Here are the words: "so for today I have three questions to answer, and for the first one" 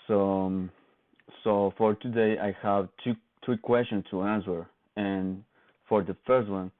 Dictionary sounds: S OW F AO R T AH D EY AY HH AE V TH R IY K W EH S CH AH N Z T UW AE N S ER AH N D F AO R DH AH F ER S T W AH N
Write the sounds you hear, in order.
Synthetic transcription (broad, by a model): S OW F AO R T AH D EY AY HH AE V T R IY K W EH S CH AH N S T UW AE N S ER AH N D F AO R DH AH F ER S T W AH N